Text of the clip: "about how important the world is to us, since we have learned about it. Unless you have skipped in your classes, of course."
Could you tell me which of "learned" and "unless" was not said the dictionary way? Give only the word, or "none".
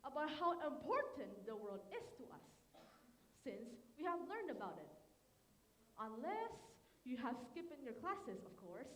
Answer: none